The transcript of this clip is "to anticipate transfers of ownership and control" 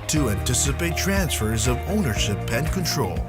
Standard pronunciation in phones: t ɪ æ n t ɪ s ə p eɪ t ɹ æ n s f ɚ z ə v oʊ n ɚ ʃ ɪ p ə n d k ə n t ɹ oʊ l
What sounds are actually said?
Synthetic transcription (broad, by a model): t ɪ æ n t ɪ s ə p eɪ t ɹ æ n s f ɚ z ə v oʊ n ɚ ʃ ɪ p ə n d k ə n t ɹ oʊ l